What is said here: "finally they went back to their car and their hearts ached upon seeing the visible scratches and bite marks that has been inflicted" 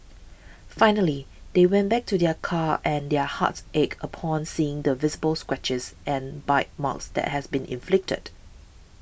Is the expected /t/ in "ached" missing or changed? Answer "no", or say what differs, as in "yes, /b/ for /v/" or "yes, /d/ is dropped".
yes, /t/ is dropped